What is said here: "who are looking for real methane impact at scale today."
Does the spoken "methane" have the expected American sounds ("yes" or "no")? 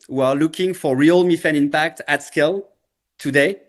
no